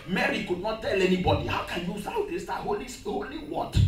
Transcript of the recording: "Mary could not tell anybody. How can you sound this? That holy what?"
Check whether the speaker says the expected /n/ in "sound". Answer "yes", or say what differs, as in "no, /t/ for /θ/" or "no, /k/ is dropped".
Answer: no, /n/ is dropped